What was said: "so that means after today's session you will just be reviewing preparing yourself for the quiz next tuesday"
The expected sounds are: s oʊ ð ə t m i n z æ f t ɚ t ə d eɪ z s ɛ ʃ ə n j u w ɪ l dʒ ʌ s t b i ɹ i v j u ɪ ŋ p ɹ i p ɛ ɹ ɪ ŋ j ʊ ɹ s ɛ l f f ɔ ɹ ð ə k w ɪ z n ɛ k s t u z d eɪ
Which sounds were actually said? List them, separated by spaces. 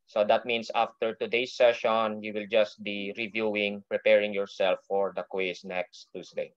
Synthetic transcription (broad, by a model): s oʊ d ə t m i n s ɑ f t ɚ t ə d eɪ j s ɛ ʃ ə n j u w ɪ l dʒ ʌ s t b i ɹ i v j u ɪ ŋ p ɹ i p ɛ ɹ ɪ ŋ j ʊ ɹ s ɛ l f f ɔ ɹ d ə k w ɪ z n ɛ k s t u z d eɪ